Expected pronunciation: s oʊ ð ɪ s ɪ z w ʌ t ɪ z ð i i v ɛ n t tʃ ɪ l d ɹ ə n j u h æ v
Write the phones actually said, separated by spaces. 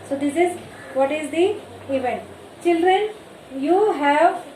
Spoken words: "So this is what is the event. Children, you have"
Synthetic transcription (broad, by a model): s oʊ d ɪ s ɪ z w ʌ t ɪ z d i i v ɛ n t tʃ ɪ l d ɹ ə n j u h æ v